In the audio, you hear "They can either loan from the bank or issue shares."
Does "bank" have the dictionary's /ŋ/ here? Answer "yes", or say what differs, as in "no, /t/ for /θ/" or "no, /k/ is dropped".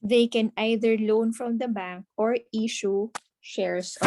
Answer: yes